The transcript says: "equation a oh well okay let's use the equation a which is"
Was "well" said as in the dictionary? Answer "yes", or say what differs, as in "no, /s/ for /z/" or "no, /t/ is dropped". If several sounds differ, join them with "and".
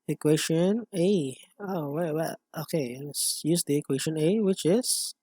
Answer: no, /w/ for /l/